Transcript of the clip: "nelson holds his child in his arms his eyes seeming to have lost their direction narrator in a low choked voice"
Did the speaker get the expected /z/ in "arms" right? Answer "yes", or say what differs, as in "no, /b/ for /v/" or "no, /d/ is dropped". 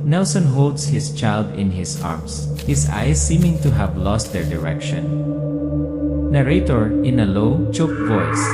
no, /s/ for /z/